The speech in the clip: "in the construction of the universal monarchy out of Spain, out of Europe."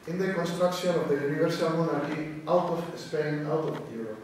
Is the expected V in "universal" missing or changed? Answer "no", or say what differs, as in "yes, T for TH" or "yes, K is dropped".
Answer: yes, B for V